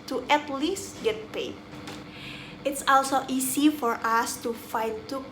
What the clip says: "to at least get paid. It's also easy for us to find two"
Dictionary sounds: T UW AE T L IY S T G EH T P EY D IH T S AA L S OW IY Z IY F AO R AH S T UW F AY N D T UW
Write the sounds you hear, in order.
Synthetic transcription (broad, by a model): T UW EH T L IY S G EH T P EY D IH T S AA L S OW IY S IY F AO R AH S T UW F AY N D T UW